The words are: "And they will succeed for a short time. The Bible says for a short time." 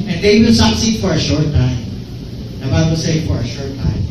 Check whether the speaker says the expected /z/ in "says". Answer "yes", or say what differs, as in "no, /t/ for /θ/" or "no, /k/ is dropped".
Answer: no, /z/ is dropped